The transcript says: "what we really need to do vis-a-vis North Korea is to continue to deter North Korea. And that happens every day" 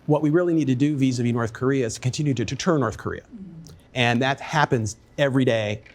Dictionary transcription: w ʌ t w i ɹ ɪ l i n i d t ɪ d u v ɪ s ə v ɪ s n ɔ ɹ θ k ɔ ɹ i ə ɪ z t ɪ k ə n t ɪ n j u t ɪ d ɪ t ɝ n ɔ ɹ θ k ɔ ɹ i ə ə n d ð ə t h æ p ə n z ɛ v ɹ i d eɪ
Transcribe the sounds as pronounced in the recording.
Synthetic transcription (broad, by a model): w ʌ t w i ɹ ɪ l i n i d t ɪ d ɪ v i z ə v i n ɔ ɹ θ k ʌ ɹ i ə ɪ z t ɪ k ə n t ɪ n j u t ɪ d ɪ t ɝ n ɔ ɹ θ k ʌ ɹ i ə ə n ð ə t h æ p ə n z ɛ v ɹ i d eɪ